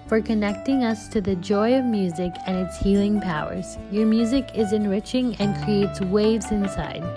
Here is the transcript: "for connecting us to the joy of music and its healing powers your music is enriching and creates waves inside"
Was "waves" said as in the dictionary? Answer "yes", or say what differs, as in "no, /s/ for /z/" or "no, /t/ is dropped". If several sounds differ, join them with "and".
yes